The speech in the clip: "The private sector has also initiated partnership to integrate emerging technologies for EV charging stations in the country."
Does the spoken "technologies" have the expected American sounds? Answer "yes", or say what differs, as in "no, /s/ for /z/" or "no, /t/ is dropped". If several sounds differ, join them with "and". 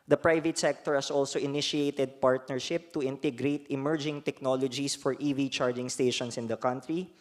no, /s/ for /z/